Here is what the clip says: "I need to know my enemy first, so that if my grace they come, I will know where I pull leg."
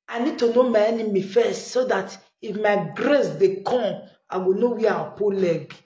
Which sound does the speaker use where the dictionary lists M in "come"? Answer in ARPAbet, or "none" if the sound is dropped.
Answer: none